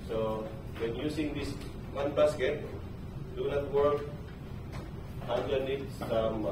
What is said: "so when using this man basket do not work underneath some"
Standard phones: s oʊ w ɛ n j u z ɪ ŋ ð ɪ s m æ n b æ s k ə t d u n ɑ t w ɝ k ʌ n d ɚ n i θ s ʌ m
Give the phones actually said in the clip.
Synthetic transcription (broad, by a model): s oʊ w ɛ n j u s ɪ ŋ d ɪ s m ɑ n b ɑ s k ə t d u n ɑ t w ɝ k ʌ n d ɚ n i t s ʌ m